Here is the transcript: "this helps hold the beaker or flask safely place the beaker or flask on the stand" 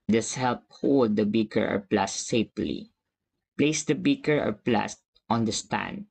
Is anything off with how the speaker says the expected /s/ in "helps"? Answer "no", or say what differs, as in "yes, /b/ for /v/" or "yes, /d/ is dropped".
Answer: yes, /s/ is dropped